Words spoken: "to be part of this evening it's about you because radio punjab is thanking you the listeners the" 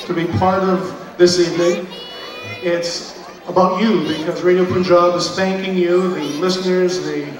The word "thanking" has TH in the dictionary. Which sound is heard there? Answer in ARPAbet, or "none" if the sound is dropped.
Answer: TH